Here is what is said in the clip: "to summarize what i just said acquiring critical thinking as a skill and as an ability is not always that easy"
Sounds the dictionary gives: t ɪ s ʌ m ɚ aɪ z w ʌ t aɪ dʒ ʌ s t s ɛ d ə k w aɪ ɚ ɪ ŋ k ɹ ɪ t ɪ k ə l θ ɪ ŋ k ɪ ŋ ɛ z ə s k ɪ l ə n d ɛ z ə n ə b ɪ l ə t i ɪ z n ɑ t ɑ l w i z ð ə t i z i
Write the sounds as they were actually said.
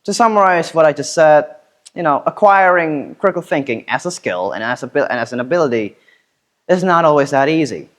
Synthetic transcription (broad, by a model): t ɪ s ʌ m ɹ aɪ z w ʌ t aɪ dʒ ʌ s t s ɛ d ə k w aɪ ɚ ɪ ŋ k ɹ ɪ t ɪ k l θ ɪ ŋ k ɪ ŋ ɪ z ə s k ɪ l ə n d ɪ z ə n ə b ɪ l ə t i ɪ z n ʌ t ɑ l w i z ð ə t i z i